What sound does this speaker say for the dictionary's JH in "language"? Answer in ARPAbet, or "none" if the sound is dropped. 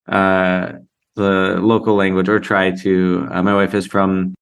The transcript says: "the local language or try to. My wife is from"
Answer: JH